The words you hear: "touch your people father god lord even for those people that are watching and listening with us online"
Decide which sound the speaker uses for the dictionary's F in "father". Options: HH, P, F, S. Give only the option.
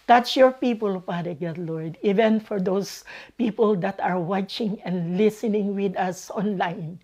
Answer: P